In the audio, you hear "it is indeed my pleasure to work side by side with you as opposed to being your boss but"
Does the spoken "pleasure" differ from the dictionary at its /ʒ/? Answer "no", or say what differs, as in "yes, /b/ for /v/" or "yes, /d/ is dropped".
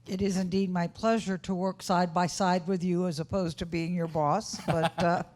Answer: no